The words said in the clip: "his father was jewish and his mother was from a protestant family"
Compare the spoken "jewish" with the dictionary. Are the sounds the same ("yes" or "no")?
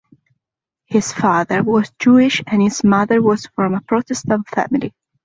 yes